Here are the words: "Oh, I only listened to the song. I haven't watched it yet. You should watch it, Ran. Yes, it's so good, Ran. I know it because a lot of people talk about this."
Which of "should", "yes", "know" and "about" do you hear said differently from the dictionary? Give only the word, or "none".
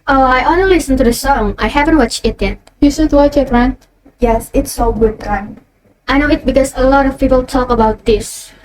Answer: should